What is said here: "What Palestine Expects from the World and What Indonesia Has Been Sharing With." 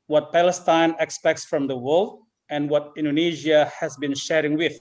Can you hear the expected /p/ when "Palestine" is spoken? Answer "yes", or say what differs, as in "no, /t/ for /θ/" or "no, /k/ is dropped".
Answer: yes